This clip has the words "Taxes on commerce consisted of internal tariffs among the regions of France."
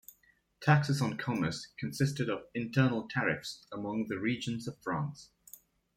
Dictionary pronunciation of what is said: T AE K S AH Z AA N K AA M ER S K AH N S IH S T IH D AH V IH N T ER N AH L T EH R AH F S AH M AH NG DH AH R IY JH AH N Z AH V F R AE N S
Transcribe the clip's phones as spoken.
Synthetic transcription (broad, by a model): T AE K S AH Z N K AA M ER S K AH N S IH S T IH D AH V IH N T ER N AH L T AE R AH F S AH M AH NG DH AH R IY JH AH N Z AH V F R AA N S